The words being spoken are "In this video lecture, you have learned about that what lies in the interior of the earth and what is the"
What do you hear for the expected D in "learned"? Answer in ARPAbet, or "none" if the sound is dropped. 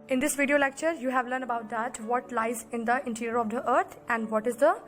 none